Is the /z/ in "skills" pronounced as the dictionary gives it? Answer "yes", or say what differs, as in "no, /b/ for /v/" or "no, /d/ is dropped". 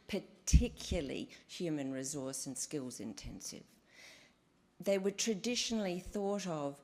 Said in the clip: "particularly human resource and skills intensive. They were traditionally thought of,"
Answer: yes